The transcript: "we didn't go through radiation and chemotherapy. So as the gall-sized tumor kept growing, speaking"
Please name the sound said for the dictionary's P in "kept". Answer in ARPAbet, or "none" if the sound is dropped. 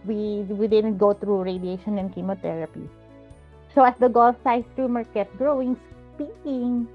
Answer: none